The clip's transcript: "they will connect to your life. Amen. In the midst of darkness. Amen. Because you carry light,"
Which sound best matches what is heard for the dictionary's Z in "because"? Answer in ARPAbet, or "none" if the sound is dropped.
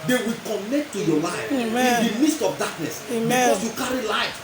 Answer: S